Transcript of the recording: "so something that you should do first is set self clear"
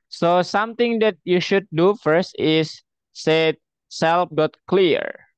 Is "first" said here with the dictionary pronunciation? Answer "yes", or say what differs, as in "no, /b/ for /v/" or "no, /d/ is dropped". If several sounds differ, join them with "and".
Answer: yes